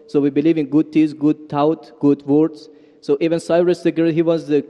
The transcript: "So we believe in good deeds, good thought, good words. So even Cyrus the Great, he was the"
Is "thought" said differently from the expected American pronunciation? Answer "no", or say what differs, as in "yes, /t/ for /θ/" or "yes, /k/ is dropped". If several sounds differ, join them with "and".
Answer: yes, /t/ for /θ/